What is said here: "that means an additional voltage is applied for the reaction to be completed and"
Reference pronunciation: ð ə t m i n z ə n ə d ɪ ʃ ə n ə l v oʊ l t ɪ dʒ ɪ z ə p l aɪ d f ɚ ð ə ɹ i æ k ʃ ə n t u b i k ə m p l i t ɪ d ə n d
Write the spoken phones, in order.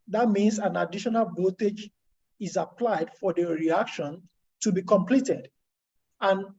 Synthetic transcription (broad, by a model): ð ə t m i n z ə n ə d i ʃ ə n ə l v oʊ t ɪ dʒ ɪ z ə p l aɪ d f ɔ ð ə ɹ i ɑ k ʃ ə n t u b i k ə m p l i t ɪ d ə n